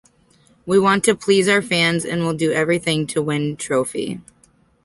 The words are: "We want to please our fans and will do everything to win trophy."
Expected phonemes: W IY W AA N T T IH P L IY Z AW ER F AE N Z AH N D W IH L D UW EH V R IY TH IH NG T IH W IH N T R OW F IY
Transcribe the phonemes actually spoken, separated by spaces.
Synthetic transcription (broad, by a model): W IY W AA N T T IH P L IY Z AW ER F AE N Z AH N W IH L D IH EH V R IY TH IH NG T IH W IH N T R OW F IY